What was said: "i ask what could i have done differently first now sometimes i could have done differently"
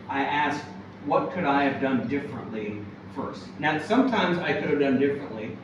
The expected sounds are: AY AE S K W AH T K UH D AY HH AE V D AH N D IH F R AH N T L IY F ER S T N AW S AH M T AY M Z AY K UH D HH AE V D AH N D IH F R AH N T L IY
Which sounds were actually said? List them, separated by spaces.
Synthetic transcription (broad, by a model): AY AE S K W AH T K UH D AY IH V D AH N D IH F R AH N T L IY F ER S T N AW S AH M T AY M Z AY K UH D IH V D AH N D IH F R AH N T L IY